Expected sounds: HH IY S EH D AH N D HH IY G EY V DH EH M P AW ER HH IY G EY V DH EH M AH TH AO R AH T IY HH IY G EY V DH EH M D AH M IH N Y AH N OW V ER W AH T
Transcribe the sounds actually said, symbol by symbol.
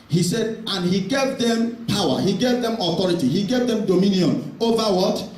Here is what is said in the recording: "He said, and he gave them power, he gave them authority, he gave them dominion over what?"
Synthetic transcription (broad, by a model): HH IY S EH D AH N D HH IY G EY V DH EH M P AW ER HH IY G EY V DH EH M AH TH AO R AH T IY HH IY G EY V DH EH M D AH M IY N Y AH N OW V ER W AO T